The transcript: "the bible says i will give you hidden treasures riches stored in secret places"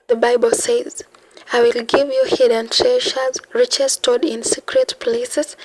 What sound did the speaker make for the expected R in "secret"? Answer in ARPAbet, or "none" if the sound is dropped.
R